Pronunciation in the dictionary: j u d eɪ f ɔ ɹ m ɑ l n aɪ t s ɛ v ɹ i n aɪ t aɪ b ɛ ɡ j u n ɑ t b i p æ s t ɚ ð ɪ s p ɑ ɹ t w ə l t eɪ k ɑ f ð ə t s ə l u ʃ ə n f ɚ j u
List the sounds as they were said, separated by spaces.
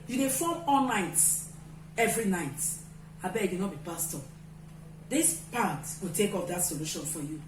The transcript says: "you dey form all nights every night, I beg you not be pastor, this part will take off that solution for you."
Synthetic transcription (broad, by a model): j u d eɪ f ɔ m ɑ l n aɪ t ɛ v ɹ i n aɪ t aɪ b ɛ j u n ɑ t b i p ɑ s t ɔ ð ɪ s p ɑ t w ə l t eɪ k ɑ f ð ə t s ə l u ʃ ə n f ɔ j u